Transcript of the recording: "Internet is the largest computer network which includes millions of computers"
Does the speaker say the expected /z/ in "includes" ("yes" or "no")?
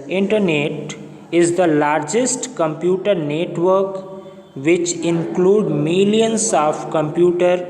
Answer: no